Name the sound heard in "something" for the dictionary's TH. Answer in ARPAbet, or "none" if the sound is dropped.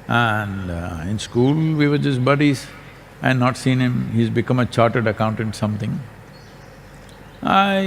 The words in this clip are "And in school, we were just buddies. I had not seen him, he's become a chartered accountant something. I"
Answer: T